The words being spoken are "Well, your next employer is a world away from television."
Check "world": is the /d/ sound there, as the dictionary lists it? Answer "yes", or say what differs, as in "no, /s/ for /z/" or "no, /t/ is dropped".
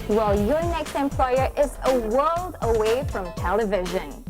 yes